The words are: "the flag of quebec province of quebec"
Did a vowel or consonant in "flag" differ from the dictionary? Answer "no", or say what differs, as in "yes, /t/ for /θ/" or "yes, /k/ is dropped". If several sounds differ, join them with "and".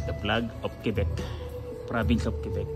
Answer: yes, /p/ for /f/